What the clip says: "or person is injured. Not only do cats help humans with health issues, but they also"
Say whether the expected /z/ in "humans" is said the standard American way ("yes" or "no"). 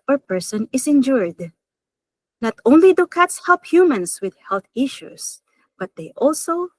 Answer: no